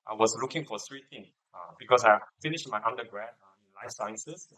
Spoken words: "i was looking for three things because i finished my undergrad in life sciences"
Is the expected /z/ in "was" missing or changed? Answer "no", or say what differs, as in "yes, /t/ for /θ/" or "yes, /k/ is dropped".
yes, /s/ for /z/